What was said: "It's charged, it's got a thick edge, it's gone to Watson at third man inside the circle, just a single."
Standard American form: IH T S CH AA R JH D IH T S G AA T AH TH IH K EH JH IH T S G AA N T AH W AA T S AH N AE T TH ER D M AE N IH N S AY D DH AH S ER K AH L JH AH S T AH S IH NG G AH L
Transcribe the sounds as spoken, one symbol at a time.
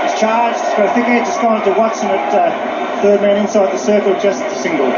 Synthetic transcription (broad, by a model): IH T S CH AA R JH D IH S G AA AH F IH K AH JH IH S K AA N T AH W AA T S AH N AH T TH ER D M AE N IH N S AY D DH AH S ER K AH L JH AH S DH AH S IH NG G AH L